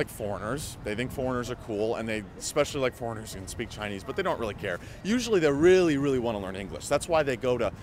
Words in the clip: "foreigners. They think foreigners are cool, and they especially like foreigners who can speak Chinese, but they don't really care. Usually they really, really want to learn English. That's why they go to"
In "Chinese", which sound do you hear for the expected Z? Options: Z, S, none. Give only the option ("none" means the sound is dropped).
Z